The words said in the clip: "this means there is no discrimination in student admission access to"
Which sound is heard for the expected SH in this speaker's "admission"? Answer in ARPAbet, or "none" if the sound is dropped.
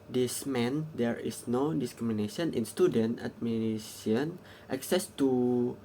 S